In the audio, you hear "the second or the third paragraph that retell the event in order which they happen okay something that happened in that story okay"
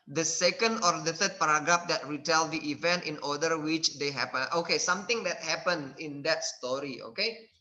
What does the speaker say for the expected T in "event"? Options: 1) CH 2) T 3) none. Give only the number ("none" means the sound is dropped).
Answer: 2